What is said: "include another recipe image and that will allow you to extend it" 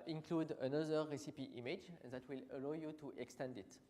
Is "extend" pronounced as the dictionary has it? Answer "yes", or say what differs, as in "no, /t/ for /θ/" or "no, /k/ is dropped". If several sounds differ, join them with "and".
yes